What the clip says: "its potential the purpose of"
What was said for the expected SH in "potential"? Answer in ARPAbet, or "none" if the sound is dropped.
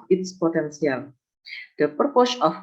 S